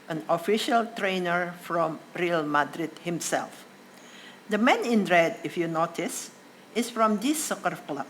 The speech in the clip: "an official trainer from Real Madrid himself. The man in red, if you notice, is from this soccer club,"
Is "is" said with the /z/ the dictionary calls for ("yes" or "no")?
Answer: no